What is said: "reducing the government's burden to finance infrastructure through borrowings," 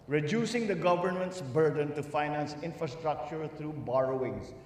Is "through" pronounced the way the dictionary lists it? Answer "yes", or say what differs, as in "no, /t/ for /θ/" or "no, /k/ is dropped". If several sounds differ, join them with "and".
no, /t/ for /θ/